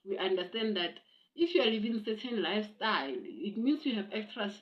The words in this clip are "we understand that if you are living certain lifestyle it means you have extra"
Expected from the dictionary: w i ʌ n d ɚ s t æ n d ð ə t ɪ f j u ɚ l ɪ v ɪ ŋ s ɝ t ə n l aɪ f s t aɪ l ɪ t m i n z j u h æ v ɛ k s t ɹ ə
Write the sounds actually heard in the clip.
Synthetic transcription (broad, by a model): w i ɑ n d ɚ s t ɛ n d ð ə t ɪ f j u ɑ l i v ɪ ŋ s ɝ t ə n l aɪ f s t aɪ l ɪ t m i n s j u h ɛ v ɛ k s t ɹ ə